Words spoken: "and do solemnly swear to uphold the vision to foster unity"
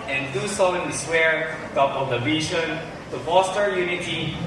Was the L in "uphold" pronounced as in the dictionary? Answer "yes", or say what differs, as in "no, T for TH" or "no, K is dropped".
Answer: no, L is dropped